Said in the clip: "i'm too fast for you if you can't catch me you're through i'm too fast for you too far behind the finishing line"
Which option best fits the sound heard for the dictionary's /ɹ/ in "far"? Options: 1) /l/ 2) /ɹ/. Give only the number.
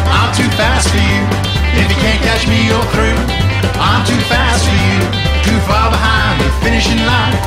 1